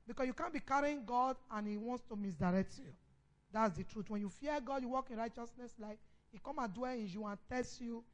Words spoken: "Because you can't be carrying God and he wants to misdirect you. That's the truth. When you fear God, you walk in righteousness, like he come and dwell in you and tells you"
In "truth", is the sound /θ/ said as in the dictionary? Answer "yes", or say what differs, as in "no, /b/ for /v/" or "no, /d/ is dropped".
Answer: no, /t/ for /θ/